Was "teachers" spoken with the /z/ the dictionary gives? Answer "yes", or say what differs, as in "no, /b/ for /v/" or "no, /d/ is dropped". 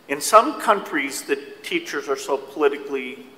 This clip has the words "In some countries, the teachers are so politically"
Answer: yes